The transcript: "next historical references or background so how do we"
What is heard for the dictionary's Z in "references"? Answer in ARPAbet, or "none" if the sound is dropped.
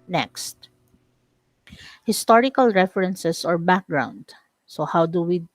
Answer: S